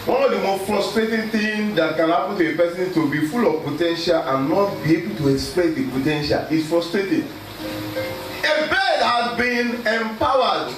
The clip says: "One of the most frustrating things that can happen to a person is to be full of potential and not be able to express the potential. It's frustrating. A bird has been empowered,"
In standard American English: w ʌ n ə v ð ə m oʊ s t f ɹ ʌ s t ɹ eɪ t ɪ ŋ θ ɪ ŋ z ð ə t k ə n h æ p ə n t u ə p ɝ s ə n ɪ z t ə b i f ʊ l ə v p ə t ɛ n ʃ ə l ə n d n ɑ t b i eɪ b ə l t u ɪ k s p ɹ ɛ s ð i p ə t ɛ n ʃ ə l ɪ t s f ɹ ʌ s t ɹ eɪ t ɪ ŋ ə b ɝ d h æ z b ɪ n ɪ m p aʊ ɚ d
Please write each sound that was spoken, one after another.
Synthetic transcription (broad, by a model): w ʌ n ə v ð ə m oʊ s t f ɹ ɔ s t ɹ eɪ t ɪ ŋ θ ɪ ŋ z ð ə t k ə n h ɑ p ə n t u ə p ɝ s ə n t ə b i f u l ə v p ə t ɛ n ʃ ə l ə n n ɑ t b i eɪ b ə l t u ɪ k s p l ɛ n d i p ə t ɛ n ʃ ə l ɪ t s f ɹ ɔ s t ɹ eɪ t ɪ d ə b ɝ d h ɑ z b ɪ n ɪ m p aʊ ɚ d